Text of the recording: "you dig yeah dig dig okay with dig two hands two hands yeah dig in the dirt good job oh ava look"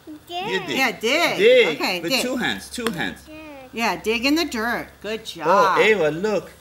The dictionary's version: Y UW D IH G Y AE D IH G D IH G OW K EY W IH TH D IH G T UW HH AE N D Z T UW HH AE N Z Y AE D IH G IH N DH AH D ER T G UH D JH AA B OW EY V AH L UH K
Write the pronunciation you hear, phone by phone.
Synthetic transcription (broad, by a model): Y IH Y AE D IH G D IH OW K EY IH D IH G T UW HH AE N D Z T UW HH AE N Z Y AE D IH G IH N DH AH D ER T G UH D JH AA OW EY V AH L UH K